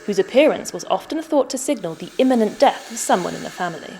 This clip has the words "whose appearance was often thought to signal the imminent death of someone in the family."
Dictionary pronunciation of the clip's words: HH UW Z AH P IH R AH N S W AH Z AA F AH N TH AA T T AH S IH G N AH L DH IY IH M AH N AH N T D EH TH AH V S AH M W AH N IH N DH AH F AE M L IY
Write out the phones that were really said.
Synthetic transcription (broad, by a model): HH UW Z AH P IH R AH N S W AH Z AA F AH N TH AA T T AH S IH G N AH L DH IY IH M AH N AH N D EH TH AH V S AH M W AH N IH N DH AH F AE M L IY